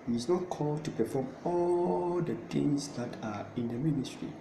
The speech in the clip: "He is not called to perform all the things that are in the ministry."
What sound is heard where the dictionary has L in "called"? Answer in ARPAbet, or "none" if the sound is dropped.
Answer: L